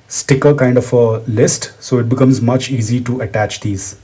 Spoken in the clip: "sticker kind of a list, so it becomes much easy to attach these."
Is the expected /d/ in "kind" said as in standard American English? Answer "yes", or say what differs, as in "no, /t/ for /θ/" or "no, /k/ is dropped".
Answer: yes